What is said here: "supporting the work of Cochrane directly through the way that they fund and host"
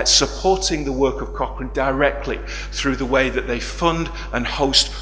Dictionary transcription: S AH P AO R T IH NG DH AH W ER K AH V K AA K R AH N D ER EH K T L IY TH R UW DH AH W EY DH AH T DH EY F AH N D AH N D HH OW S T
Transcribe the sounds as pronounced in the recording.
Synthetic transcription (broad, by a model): S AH P AO R T IH NG DH AH W ER K AH V K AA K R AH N D ER EH K T L IY TH R UW DH AH W EY DH AH T DH EY F AH N D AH N HH OW S T